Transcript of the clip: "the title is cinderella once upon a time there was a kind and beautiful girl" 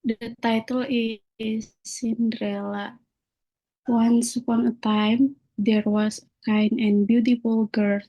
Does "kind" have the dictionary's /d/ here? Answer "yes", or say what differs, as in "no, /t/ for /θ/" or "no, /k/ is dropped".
no, /d/ is dropped